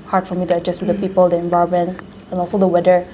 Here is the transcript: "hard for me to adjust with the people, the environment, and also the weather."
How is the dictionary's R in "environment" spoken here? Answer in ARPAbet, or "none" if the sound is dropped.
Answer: none